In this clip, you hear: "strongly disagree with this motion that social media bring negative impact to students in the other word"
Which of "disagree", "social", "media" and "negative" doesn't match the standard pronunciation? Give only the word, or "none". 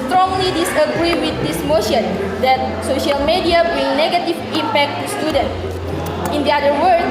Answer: none